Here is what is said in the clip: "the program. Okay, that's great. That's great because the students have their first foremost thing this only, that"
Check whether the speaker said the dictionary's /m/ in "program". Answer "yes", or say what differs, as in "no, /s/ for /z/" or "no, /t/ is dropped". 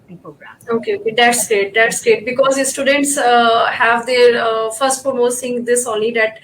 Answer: no, /m/ is dropped